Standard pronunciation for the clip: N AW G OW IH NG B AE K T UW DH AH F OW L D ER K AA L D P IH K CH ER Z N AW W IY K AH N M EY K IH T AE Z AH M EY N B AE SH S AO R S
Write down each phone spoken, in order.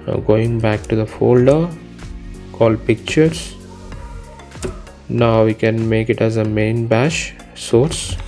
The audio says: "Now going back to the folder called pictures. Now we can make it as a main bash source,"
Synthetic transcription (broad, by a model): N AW G OW IH NG B AE K T UW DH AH F OW L D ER K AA L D P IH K CH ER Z N AW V IY K AH N M EY K IH T AE Z AH M EY N B AE SH S AO R S